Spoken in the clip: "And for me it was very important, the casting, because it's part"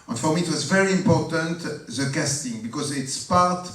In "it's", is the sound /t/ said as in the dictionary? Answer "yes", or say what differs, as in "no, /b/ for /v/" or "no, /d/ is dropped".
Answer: yes